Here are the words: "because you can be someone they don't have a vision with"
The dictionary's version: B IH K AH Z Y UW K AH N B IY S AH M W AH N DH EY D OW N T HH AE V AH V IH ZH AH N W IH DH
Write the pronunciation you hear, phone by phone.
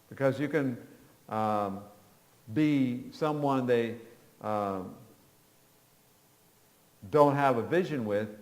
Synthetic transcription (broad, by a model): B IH K AH Z Y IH K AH N B IY S AH M W AH N DH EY D OW N T HH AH V AH V IH ZH AH N W IH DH